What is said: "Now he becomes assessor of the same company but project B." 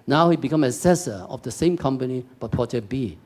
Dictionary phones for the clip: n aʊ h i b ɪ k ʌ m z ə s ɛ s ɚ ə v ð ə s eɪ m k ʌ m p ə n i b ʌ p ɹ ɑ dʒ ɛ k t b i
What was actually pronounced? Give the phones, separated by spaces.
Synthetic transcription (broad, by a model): n aʊ h i b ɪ k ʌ m ə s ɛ s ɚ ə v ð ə s eɪ m k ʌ m p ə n i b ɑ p ɑ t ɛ b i